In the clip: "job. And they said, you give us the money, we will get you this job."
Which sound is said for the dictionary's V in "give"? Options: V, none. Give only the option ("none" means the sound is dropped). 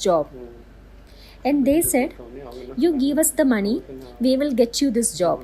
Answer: V